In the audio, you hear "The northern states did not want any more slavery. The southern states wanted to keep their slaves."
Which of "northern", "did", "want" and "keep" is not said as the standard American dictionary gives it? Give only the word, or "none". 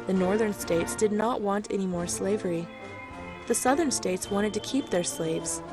none